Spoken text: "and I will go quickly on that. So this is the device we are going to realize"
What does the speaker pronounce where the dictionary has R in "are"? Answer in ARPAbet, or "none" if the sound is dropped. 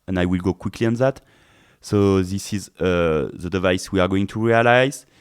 R